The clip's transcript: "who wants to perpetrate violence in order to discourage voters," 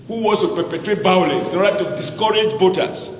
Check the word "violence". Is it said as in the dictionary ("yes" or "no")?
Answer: no